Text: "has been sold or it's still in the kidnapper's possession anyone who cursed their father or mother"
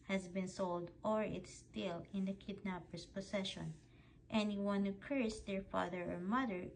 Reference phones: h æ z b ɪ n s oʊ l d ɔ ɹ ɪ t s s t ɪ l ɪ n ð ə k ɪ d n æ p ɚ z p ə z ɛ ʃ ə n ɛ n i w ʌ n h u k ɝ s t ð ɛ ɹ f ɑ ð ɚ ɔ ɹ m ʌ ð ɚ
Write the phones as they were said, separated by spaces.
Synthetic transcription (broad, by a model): h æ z b ɪ n s oʊ l d ɔ ɹ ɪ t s s t ɪ l ɪ n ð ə k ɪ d n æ p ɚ s p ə s ɛ ʃ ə n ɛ n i w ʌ n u k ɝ s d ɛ ɹ f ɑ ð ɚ ɔ ɹ m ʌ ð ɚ